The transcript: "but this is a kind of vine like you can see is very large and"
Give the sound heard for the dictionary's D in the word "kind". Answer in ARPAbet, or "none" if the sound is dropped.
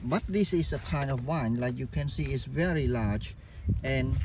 D